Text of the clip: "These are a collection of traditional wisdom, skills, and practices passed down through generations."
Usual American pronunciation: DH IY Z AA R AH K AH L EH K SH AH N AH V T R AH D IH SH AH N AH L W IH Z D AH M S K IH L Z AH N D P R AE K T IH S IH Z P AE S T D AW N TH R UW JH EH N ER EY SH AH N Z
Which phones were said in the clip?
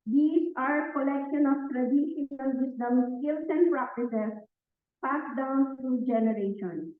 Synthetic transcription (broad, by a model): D IY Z AA R K AH L EH K SH AH N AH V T R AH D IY AH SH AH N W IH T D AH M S K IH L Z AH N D P R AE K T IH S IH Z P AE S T D AW N T R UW JH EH N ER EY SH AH N